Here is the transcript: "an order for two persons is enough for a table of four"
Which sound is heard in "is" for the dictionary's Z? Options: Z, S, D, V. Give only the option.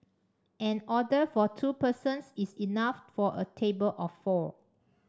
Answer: S